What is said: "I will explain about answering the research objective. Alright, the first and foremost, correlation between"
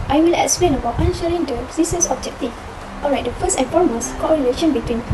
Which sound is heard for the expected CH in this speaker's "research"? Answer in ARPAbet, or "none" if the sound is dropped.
S